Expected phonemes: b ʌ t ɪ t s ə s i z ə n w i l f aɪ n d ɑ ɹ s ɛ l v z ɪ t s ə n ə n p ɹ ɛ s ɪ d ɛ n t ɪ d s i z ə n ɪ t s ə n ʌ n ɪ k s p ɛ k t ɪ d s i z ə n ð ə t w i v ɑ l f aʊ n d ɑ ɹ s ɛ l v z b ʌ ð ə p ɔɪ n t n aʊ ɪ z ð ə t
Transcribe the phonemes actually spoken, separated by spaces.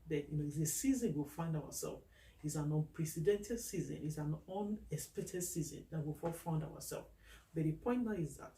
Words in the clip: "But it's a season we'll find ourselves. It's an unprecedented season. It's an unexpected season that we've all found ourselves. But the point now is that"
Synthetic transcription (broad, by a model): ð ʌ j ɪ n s ə s i z ə n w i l f aɪ n d ɑ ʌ s ɛ l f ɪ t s ə n ə n p ɹ ɛ s ɪ d ɛ n t ɪ d s i z ə n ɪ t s ə n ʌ n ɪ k s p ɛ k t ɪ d s i z ə n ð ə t w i f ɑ f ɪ n d ɑ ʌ s ɛ l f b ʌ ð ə p ɔɪ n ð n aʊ ɪ z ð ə t